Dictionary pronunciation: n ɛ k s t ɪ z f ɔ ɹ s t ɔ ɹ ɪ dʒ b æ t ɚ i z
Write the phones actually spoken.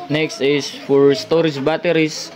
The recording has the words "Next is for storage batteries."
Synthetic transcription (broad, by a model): n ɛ k s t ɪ s f ɔ ɹ s t ɔ ɹ ɪ dʒ b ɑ t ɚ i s